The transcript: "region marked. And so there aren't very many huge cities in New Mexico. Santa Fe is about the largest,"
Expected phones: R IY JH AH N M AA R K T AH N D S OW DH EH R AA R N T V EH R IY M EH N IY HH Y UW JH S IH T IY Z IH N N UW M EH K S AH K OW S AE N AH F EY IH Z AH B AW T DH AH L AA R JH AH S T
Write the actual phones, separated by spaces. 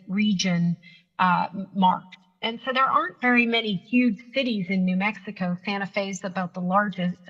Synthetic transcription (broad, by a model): R IY JH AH N M AA R K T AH N S OW DH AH R AA R N T V EH R IY M EH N IY HH Y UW ZH S IH T IY Z IH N N UW M EH K S AH K OW S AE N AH F EY IH Z AH B AW T DH AH L AA R JH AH S T